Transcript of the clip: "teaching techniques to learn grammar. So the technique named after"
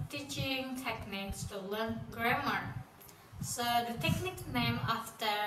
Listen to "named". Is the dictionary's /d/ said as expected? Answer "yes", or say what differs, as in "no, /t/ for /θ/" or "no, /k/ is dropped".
no, /d/ is dropped